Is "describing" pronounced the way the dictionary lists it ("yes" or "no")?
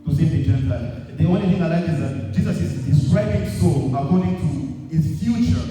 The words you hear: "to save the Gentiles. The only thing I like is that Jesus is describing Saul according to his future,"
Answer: no